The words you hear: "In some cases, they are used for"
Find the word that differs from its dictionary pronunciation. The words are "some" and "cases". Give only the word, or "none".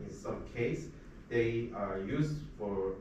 cases